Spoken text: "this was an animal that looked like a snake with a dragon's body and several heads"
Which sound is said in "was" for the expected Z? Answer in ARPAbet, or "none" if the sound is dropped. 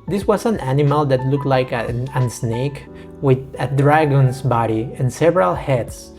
S